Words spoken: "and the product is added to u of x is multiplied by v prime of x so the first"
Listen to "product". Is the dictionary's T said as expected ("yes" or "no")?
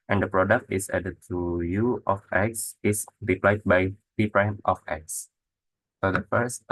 yes